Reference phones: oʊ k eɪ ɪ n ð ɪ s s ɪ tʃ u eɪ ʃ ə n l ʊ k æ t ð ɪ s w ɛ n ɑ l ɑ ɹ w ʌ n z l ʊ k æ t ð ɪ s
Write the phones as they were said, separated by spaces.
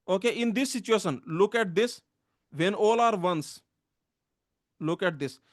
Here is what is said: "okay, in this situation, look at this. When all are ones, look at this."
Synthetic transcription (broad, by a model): oʊ k eɪ ɪ n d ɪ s s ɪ tʃ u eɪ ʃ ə n l ʊ k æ t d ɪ s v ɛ n ɑ l ɑ ɹ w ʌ n s l ʊ k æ t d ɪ s